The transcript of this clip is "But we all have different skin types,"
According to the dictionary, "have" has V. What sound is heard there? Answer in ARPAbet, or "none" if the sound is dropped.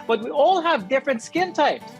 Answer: V